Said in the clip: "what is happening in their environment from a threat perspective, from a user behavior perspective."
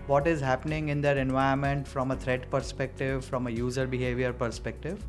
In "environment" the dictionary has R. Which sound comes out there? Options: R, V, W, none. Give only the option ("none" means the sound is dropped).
none